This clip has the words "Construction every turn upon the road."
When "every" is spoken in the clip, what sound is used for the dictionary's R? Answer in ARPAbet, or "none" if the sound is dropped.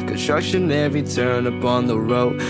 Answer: none